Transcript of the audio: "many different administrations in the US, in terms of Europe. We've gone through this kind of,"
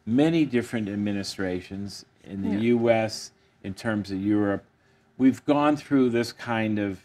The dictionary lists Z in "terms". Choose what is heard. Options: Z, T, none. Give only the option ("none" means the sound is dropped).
Z